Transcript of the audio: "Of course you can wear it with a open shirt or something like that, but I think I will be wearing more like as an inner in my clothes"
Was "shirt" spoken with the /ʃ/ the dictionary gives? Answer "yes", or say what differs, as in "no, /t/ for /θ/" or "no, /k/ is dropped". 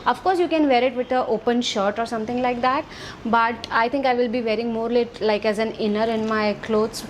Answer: yes